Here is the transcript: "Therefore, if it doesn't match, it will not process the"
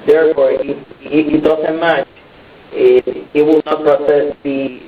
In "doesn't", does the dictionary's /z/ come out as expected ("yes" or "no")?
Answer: no